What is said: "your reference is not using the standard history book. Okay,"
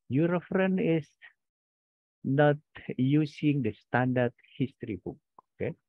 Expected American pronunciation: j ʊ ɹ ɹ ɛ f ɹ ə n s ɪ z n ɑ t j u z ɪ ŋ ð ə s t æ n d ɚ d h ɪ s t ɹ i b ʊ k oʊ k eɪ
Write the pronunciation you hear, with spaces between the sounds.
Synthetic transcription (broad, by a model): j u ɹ ɹ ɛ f ɹ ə n ɪ s n ɑ t j u s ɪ ŋ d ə s t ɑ n d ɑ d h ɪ s t ɹ i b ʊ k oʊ k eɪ